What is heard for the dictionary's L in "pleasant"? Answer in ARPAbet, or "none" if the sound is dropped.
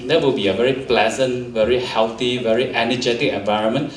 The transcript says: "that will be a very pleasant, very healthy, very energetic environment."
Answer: L